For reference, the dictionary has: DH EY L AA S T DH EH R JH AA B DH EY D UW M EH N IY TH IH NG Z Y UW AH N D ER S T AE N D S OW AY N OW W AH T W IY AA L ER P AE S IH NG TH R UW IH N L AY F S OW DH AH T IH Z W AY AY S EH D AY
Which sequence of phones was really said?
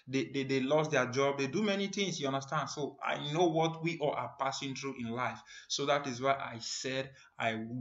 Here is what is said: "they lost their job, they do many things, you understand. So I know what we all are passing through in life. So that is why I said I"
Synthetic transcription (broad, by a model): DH EY L AA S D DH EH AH JH AA B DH EY D UW M EH N IY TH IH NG S Y UW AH N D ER S T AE N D S OW AY N OW W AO T W IY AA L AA P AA S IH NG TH R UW IH N L AY F S OW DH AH T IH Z W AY AY S EH D AY